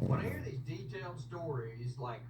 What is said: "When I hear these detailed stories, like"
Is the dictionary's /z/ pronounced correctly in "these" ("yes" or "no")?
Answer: yes